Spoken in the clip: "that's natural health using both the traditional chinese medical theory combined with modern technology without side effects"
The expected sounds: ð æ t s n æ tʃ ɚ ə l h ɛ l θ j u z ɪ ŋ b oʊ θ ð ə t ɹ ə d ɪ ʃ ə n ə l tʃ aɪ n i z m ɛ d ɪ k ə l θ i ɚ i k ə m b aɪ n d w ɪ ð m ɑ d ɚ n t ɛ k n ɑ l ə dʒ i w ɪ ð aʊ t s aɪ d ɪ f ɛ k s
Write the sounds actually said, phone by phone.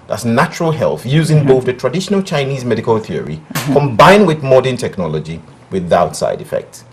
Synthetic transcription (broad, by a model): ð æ t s n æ tʃ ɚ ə l h ɛ l θ j u z ɪ ŋ b oʊ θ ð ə t ɹ ə d ɪ ʃ ə n ə l tʃ aɪ n i z m ɛ d ɪ k ə l θ i ɚ i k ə m b aɪ n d w ɪ ð m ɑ d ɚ n t ɛ k n ɑ l ə dʒ i w ɪ ð aʊ t s aɪ d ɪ f ɛ k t